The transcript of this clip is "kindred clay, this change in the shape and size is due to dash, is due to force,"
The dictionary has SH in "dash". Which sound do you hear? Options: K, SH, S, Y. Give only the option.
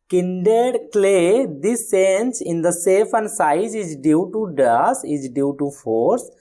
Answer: S